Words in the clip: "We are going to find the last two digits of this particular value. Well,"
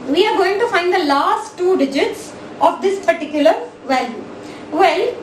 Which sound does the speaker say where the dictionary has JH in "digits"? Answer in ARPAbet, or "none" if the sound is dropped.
JH